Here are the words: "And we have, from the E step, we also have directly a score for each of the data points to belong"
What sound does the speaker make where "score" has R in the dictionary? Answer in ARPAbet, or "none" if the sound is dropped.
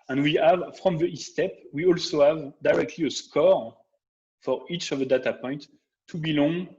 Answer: R